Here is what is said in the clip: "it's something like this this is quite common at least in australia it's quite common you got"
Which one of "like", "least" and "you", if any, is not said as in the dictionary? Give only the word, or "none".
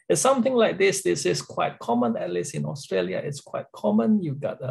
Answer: least